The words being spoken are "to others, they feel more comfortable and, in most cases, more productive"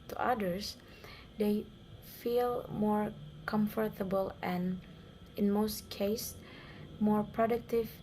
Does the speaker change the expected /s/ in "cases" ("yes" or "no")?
yes